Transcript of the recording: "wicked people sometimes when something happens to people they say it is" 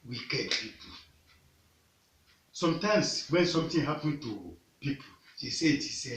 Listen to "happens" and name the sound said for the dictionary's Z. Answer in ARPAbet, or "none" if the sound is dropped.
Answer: none